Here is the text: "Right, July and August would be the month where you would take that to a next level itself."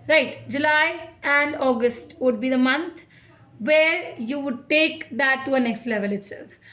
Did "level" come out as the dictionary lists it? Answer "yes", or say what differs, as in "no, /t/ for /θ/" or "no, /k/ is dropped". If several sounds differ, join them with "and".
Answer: yes